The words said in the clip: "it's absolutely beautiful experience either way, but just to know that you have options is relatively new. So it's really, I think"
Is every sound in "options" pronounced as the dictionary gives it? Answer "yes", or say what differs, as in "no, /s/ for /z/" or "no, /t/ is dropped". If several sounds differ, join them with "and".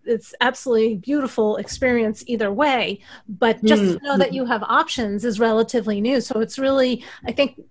yes